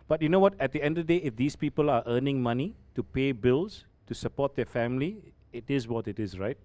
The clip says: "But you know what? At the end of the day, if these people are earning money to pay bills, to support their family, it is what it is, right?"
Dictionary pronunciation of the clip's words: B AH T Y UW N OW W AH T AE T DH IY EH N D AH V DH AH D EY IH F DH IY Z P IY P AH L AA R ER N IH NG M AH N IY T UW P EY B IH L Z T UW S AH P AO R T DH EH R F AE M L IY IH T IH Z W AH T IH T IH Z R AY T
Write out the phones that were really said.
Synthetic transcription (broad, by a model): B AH T Y UW N OW W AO T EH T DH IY EH N D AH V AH D EY IH F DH IY S P IY P AH L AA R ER N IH NG M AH N IY T UW P EY B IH L S T UW S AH P AO T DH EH F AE M L IY IH T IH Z W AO T IH T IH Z R AY T